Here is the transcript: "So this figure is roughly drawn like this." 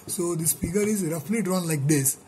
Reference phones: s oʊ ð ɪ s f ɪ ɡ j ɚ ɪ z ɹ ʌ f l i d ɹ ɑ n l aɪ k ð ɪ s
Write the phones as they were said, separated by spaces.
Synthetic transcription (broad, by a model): s oʊ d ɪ s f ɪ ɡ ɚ ɪ z ɹ ʌ f l i d ɹ ɑ n l aɪ k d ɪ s